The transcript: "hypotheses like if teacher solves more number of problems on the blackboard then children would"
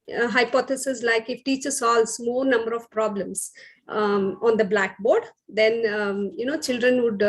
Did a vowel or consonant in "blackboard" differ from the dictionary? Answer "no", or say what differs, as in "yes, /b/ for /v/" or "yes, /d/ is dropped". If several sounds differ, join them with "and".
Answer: no